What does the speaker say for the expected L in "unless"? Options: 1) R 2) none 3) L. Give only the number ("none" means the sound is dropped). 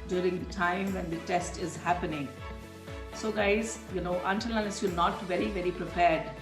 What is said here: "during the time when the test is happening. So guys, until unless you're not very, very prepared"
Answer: 2